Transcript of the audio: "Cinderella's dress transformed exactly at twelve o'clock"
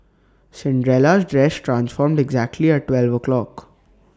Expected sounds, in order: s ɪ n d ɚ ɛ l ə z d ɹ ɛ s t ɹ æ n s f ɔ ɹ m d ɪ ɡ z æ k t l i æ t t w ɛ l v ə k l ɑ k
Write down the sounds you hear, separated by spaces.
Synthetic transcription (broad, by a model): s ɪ n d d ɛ l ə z d ɹ ɛ s t ɹ æ n s f ɔ ɹ m d ɪ ɡ z æ k t l i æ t t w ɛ l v ə k l ɑ k